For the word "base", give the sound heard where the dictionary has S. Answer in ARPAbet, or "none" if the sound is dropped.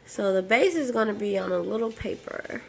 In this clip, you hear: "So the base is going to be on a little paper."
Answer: S